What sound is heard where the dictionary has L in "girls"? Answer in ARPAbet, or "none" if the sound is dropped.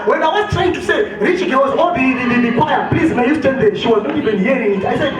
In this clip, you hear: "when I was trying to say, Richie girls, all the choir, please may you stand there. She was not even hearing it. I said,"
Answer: W